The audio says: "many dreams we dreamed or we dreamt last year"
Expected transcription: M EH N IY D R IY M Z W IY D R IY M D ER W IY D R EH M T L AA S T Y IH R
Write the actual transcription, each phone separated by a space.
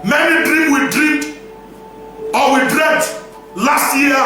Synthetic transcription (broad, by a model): M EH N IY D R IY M W IY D R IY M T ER W IY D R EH T L AA S T Y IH